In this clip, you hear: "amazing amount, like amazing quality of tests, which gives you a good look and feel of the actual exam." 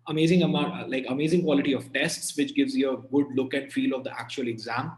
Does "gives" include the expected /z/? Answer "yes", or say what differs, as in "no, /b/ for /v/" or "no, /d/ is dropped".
yes